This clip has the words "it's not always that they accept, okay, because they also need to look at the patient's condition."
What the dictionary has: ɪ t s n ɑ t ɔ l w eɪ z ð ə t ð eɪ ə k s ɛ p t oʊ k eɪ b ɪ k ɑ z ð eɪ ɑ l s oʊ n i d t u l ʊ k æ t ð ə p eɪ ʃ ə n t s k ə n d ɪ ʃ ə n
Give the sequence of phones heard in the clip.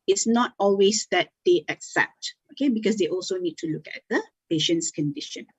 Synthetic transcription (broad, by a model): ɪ t s n ɑ t ɔ l w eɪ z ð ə t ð eɪ ə k s ɛ p t oʊ k eɪ b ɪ k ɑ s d eɪ ɑ l s oʊ n i d t u l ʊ k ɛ t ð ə p eɪ ʃ ə n t s k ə n d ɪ ʃ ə n